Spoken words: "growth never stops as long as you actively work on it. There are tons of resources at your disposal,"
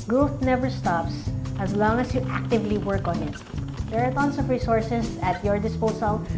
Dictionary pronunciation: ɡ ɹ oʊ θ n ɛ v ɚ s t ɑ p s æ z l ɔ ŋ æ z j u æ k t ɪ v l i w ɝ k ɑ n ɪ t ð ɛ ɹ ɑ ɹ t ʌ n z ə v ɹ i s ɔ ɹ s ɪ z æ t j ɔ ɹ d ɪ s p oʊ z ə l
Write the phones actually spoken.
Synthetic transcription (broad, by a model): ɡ ɹ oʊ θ n ɛ v ɚ s t ɑ p s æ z l ɔ ŋ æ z j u æ k t ɪ v l i w ɝ k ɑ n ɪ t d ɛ ɹ ɑ ɹ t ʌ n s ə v ɹ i s ɔ ɹ s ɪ s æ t j ɔ ɹ d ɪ s p oʊ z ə l